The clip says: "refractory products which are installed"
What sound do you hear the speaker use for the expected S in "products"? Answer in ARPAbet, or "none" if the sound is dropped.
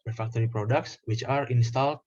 S